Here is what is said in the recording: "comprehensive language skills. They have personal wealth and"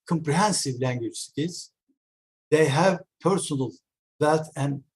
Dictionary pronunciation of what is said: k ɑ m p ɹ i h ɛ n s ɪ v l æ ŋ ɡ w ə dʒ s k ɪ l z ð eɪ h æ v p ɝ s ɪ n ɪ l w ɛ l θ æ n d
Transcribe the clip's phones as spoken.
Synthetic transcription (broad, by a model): k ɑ m p ɹ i h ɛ n s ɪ v l æ ŋ ɡ w ə dʒ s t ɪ z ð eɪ h æ v p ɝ s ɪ n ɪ l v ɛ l t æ n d